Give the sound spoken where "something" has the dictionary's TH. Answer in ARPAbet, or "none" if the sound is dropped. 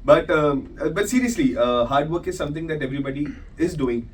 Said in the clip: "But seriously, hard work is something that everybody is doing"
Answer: T